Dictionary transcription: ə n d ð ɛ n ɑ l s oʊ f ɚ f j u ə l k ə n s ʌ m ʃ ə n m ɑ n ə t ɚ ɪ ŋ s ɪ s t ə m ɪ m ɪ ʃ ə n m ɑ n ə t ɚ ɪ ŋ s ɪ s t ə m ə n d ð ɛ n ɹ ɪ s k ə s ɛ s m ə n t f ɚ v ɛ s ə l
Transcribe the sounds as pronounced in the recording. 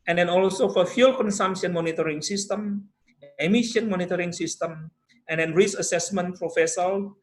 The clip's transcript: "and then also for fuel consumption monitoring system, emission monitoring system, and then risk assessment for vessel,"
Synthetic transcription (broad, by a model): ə n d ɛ n ɑ l s oʊ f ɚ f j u l k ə n s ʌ m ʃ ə n m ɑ n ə t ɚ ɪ ŋ s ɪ s t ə m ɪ m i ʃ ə n m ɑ n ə t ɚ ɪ ŋ s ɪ s t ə m ə n d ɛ n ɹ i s ə s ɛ s m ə n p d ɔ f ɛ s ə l